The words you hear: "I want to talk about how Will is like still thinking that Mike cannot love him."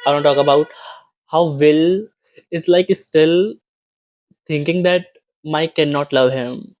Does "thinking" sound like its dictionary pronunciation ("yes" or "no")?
no